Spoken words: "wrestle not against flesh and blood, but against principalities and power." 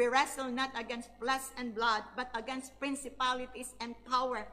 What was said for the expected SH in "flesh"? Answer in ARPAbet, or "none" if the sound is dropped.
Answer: S